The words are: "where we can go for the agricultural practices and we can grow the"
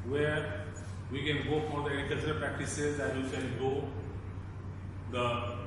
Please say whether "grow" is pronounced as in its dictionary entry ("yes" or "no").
no